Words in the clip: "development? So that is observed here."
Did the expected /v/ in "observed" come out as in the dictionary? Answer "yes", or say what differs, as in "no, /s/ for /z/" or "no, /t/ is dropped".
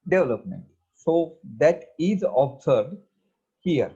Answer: no, /v/ is dropped